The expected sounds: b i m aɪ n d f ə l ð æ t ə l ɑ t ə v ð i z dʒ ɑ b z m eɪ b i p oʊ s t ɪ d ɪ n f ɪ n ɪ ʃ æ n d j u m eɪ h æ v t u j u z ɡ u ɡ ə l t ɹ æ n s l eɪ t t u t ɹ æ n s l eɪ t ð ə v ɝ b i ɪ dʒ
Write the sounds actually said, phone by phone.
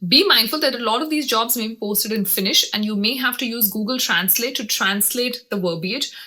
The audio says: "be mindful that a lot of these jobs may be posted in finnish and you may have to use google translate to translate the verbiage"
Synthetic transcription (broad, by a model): b i m aɪ n d f ə l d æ t ə l ɑ t ə v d i z dʒ ɑ b z m eɪ b i p oʊ s t ɪ d ɪ n f ɪ n ɪ ʃ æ n d j u m eɪ h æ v t u j u z ɡ u ɡ ə l t ɹ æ n s l eɪ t t u t ɹ æ n s l eɪ t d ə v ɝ b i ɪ dʒ